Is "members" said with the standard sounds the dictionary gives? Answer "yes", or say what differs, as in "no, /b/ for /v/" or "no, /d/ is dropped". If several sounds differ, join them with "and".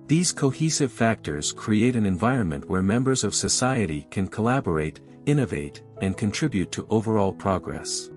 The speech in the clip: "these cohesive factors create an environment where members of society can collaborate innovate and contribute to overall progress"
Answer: yes